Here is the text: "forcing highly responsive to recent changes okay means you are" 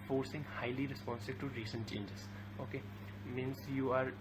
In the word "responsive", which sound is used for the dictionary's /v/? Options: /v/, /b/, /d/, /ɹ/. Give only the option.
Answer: /b/